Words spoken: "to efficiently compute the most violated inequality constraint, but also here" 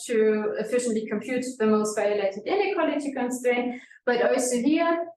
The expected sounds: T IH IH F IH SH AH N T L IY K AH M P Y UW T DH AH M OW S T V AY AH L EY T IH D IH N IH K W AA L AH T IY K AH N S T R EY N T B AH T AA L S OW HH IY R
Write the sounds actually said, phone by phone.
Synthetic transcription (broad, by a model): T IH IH F IH SH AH N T L IY K AH M P Y UW T DH AH M OW S T V AY AH L EY T IH D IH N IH K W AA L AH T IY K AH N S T EY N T B AH T AA L S OW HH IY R